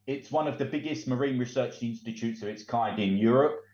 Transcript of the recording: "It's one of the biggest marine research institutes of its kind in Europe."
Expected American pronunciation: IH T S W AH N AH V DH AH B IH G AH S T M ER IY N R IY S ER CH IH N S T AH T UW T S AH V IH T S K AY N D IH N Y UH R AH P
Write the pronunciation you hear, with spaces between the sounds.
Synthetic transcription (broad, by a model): IH T S W AH N AH V DH AH B IH G AH S T M ER IY N R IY S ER CH IH N S T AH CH UW T S AH V IH T S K AY D IH N Y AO R AH P